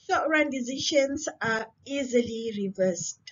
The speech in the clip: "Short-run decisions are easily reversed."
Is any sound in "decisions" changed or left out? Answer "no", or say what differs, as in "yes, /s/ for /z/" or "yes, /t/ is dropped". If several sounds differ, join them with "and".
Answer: yes, /ʃ/ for /ʒ/